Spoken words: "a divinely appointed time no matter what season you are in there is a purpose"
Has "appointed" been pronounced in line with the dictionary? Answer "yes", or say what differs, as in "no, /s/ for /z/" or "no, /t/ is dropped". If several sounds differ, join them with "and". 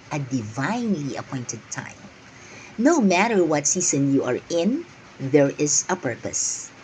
yes